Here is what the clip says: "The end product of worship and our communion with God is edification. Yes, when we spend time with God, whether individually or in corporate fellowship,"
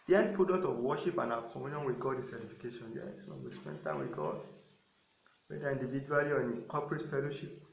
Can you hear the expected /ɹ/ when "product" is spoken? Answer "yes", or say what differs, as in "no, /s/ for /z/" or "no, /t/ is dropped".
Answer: no, /ɹ/ is dropped